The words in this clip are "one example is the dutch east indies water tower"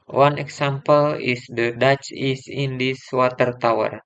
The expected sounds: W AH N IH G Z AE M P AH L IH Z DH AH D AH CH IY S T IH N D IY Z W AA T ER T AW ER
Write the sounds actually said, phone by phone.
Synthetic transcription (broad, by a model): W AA N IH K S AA M P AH L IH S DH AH D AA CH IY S IH N D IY S W AA T ER T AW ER